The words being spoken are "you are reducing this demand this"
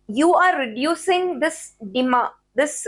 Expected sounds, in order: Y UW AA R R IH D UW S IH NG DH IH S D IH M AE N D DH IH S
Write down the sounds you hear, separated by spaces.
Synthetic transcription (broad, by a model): Y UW AA R R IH D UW S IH NG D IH S D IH M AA D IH S